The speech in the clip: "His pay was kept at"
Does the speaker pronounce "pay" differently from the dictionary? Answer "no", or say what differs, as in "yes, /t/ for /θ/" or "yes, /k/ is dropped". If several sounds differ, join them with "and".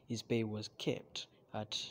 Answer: yes, /b/ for /p/